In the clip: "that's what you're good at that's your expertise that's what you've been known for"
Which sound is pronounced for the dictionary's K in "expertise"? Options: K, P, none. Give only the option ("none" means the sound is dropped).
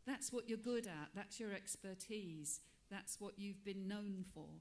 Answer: K